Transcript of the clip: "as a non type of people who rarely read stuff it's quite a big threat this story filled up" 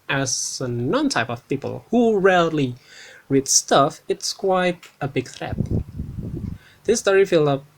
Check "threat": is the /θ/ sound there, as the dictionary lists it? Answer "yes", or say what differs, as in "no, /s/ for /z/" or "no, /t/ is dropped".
yes